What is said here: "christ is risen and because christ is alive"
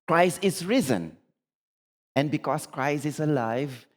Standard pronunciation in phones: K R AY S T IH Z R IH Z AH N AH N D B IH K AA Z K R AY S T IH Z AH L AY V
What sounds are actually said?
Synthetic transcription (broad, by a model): K R AY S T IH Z R IH Z AH N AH N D B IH K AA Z K R AY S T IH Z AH L AY V